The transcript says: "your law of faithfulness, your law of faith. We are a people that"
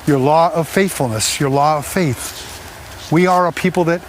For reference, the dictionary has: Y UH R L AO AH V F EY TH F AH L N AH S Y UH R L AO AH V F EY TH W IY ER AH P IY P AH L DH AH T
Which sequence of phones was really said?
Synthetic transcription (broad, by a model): Y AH R L AO AH V F EY TH F L N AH S Y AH R L AO AH V F EY TH W IY ER AH P IY P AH L DH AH T